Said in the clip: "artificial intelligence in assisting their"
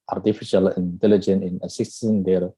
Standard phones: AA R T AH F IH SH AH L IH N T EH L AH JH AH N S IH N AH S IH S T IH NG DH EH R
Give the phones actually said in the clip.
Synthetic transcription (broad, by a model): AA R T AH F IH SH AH L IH N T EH L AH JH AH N IH N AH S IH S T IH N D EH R